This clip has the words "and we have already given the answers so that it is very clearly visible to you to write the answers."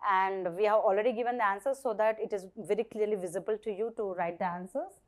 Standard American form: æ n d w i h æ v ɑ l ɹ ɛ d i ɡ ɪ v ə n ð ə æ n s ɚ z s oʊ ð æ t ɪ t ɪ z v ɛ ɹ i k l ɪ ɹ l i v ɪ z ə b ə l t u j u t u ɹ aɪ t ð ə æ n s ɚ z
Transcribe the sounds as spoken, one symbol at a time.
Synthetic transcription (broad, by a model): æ n d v i h æ v ɑ l ɹ ɛ d i ɡ ɪ v ə n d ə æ n s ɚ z s oʊ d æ t ɪ t ɪ z v ɛ ɹ i k l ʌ ɹ l i v ɪ z ə b ə l t u j u t u ɹ aɪ t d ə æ n s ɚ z